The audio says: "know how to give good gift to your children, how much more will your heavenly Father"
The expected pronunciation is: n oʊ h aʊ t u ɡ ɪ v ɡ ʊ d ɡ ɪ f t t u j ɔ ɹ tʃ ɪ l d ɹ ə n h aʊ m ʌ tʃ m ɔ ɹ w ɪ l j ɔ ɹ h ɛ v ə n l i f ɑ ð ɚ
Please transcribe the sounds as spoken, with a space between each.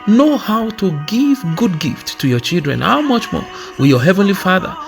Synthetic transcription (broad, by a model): n oʊ h aʊ t u ɡ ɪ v ɡ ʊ d ɡ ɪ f t t u j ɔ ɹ tʃ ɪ l d ɹ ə n h aʊ m ʌ tʃ m ɔ ɹ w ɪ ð j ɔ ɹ h ɛ v ə n l i f ɑ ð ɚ